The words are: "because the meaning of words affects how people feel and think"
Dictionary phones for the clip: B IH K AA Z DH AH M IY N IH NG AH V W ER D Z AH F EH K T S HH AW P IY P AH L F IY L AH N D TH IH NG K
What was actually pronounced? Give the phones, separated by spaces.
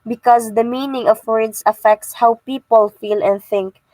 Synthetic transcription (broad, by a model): B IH K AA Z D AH M IY N IH NG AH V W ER D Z AH F EH K T S HH AW P IY P AH L F IY L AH N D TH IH NG K